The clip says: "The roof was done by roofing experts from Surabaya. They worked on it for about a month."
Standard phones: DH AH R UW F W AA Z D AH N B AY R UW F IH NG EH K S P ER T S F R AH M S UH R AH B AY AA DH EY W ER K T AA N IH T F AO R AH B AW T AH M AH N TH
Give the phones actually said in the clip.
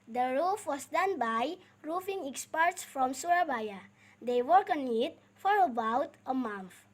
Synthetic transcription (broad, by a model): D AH R UW F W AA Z D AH N B AY R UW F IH NG EH K S P ER T S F R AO M S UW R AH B AY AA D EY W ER K AA N IH T F AO R AH B AW T AH M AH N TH